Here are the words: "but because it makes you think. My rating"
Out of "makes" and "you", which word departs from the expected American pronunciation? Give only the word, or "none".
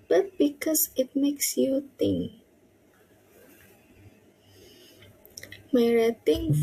none